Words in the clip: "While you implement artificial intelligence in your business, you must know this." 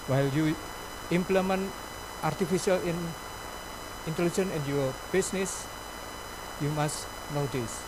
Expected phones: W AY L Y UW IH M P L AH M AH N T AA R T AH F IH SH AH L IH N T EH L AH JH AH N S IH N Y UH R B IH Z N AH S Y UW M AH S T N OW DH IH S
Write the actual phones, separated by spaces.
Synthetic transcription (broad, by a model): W AY L Y UW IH M P L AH M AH N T AA R T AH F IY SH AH L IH N T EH L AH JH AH N IH N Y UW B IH S N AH S Y UW M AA S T N OW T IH S